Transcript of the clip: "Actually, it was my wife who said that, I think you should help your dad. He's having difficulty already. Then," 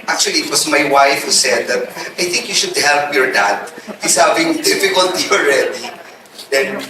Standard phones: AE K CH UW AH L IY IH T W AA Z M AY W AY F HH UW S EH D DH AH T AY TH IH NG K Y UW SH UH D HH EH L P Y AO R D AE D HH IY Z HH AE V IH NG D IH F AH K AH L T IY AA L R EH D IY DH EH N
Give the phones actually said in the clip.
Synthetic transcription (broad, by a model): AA K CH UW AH L IY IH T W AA S M AY W AY F HH UW S EH D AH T AY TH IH NG K Y UW SH UH D HH EH L P Y AO R D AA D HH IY S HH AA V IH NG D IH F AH K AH L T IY AA L R EH D IY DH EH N